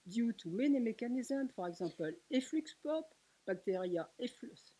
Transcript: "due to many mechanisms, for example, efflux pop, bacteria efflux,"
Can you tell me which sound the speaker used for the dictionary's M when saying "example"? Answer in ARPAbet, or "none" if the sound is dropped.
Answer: none